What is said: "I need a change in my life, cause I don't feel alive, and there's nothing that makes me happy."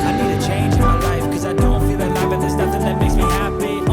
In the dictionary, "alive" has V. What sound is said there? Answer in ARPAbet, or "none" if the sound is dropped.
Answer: B